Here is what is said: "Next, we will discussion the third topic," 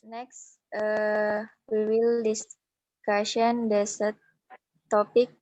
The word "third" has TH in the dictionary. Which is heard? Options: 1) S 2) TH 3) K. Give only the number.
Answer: 1